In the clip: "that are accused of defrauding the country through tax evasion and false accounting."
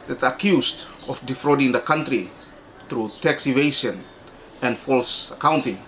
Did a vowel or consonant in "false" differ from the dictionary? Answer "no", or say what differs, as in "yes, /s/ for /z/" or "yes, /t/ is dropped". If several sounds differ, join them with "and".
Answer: no